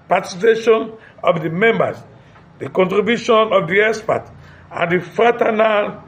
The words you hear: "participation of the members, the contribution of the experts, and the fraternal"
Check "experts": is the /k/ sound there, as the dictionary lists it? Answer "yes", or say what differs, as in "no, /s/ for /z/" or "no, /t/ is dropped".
no, /k/ is dropped